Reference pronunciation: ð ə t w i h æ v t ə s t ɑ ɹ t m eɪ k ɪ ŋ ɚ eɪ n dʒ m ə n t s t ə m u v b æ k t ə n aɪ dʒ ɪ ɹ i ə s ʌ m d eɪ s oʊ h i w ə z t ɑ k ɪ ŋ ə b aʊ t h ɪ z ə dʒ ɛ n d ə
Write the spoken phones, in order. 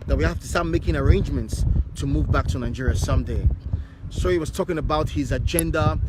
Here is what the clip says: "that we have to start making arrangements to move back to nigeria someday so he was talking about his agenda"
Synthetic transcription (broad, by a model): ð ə t w i h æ f t ə s t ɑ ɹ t m eɪ k ɪ ŋ ɚ eɪ n dʒ m ə n t s t ə m u v b æ k t ə n aɪ dʒ ɪ ɹ i ə s ʌ m d eɪ s oʊ h i w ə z t ɑ k ɪ ŋ ə b aʊ t h ɪ z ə dʒ ɛ n d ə